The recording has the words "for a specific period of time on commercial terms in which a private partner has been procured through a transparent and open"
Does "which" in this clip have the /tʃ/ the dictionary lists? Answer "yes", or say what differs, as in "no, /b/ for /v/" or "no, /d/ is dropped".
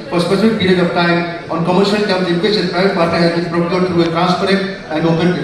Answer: no, /s/ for /tʃ/